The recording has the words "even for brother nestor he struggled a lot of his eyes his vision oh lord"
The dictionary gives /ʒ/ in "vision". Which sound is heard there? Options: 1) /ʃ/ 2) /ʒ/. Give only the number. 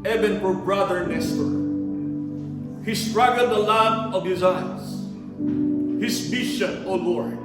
1